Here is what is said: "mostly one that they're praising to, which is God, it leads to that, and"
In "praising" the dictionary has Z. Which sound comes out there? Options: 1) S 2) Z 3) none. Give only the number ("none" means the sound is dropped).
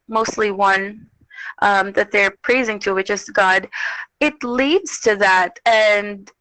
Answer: 2